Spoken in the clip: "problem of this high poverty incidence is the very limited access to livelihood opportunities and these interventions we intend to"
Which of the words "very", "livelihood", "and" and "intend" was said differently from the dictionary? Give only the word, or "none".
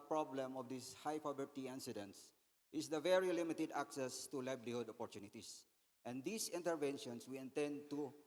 livelihood